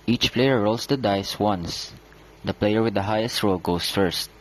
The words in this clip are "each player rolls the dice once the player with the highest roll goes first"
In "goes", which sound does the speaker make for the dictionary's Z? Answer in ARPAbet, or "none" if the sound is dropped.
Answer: S